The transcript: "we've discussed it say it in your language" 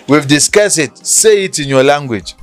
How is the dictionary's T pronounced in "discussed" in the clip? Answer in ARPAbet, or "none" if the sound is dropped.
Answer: none